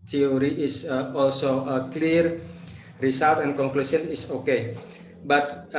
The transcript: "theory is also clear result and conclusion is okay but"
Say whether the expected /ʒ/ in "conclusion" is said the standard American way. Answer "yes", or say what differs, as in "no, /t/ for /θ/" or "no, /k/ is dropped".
no, /s/ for /ʒ/